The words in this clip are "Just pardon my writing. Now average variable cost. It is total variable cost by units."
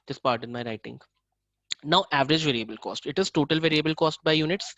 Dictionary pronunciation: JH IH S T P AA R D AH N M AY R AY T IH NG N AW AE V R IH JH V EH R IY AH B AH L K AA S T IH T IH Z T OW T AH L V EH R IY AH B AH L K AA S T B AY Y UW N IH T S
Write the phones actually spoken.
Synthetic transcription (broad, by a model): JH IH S P AA R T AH N M AY R AY T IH NG N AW AE V R IH JH V EH R IY AH B AH L K AA S T IH T IH Z T OW T AH L V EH R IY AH B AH L K AA S T B AY Y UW N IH T S